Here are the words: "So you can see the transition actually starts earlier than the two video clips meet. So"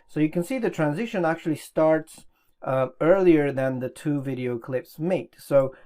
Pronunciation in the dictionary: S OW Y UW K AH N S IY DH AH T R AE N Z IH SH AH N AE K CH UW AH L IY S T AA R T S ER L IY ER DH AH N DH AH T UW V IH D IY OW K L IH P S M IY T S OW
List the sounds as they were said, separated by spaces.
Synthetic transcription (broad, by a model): S OW Y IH K AH N S IY DH AH T R AE N Z IH SH AH N AE K CH UW AH L IY S T AA R T S ER L IY ER DH AH N DH AH T UW V IH D IY OW K L IH P S M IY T S OW